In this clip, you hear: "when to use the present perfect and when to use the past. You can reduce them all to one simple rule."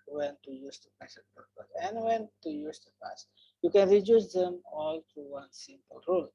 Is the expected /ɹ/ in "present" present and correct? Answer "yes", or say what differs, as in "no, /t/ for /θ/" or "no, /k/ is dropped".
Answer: no, /ɹ/ is dropped